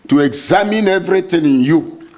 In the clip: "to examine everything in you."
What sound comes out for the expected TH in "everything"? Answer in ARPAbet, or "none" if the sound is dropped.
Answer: T